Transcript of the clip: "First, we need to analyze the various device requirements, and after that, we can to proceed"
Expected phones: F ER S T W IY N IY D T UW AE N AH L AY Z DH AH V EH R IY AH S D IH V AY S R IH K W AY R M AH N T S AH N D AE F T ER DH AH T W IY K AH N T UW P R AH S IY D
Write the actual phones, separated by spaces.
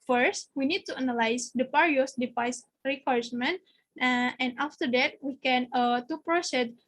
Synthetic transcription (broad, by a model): F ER S T W IY N IY D T UW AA N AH L AY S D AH P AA R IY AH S D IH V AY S R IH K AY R M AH N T AH N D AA F T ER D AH T W IY K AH N T UW P R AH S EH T